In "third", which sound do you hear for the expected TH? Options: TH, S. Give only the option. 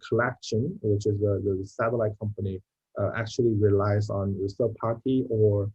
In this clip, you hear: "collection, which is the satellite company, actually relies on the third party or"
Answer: S